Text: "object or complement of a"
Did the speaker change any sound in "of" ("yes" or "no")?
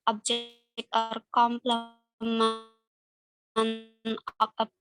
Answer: yes